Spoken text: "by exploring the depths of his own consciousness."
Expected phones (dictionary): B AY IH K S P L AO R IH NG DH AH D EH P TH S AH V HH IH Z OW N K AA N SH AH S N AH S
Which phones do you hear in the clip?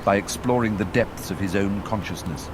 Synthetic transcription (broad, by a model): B AY IH K S P L AO R IH NG DH AH D EH P TH S AH V IH Z OW N K AA N SH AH S N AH S